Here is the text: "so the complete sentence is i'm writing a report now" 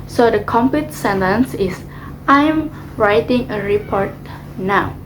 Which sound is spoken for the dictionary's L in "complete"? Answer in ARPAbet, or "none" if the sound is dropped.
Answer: none